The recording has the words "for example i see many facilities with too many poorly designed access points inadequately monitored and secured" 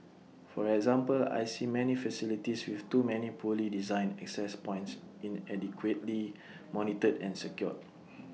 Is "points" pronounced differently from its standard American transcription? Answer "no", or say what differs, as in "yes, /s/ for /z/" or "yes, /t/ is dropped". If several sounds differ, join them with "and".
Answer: no